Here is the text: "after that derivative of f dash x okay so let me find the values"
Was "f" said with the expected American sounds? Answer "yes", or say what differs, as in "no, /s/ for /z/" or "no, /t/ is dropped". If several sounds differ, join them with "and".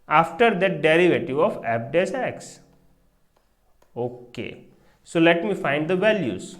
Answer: no, /p/ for /f/